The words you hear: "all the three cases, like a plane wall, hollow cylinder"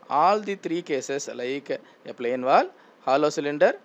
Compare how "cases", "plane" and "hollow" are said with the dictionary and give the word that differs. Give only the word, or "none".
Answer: cases